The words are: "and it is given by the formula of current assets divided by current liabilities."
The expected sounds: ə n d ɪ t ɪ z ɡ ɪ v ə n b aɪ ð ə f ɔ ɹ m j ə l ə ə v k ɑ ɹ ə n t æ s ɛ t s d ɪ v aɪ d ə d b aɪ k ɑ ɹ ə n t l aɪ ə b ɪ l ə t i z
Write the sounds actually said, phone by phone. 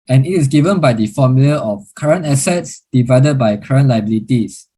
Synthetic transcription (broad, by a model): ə n ɪ t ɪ s ɡ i v ə n b aɪ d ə f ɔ m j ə l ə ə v k ɑ ɹ ə n t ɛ s ɛ t s d ɪ v aɪ d ə d b aɪ k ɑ ɹ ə n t l aɪ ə b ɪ l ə t i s